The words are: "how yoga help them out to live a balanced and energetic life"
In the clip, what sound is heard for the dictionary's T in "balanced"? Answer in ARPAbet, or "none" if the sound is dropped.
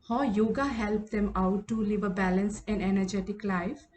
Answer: none